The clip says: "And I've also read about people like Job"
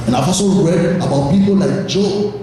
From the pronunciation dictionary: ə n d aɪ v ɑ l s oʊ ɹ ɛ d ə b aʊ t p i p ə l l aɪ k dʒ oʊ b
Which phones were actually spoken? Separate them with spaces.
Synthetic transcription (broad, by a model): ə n aɪ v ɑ s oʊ ɹ ɛ d ə b aʊ t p i p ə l l aɪ k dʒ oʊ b